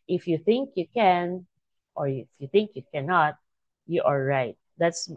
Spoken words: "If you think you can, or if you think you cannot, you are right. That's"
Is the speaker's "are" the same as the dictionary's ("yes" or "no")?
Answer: no